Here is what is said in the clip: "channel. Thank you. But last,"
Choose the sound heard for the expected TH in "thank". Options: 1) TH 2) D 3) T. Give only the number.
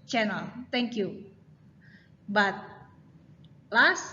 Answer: 3